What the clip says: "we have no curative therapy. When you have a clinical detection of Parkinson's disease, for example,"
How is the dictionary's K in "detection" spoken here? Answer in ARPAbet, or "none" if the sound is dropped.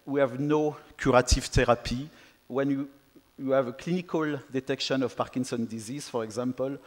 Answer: K